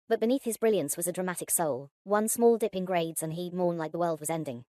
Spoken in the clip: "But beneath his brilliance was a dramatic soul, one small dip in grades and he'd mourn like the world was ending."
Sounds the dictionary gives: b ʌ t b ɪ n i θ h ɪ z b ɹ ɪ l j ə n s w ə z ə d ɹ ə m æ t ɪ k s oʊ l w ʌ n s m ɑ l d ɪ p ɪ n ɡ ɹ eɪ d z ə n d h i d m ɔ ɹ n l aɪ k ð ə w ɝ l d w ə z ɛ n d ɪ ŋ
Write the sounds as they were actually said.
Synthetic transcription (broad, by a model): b ʌ t b ɪ n i θ h ɪ z b ɹ ɪ l j ə n s w ə z ə d ɹ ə m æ t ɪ k s oʊ l w ʌ n s m ɑ l d ɪ p ɪ n ɡ ɹ eɪ d z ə n h i d m ɔ ɹ n l aɪ k ð ə w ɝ l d w ə z ɛ n d ɪ ŋ